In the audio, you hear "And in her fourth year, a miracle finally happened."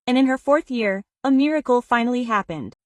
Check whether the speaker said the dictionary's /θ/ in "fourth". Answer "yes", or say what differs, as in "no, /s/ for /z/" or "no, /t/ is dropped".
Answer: yes